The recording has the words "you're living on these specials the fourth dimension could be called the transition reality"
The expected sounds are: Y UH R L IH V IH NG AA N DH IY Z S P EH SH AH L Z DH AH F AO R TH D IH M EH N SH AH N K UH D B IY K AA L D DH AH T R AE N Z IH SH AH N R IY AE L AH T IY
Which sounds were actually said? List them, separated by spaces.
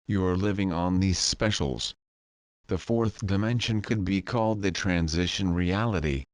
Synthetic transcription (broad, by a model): Y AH R L IH V IH NG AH N DH IY Z S P EH SH L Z DH AH F AO R TH D IH M EH N SH AH N K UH D B IY K AA L D DH AH T R AE N Z IH SH AH N R IY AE L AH T IY